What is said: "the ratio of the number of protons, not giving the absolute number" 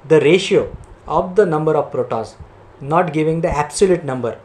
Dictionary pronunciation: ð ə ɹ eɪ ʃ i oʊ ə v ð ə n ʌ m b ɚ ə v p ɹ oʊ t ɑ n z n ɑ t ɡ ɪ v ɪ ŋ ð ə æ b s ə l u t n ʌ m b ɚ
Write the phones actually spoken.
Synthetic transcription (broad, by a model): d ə ɹ eɪ ʃ i oʊ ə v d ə n ʌ m b ɚ ə v p ɹ oʊ t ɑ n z n ɑ t ɡ ɪ v ɪ ŋ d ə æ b s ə l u t n ʌ m b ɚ